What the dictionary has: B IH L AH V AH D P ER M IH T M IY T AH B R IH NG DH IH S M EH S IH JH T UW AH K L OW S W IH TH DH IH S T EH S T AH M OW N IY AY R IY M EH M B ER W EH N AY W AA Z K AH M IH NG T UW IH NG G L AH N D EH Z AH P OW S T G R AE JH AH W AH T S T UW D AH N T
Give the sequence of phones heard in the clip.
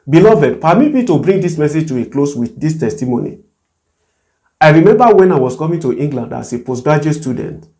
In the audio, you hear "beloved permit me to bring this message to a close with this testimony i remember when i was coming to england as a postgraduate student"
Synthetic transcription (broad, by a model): B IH L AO V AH D P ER M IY T M IY T AH B R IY NG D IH S M EH S IH JH T UW AH K L OW S W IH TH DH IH S T EH S T AH M OW N IY AY R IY M EH M B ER W EH N AY W AA S K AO M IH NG T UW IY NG G L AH N D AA S AH P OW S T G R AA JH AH S T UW D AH N T